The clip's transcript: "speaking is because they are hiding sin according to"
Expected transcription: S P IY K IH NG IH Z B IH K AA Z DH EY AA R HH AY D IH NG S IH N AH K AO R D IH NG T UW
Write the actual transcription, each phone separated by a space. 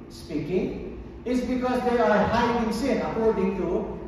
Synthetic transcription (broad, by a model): S P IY K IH NG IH S B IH K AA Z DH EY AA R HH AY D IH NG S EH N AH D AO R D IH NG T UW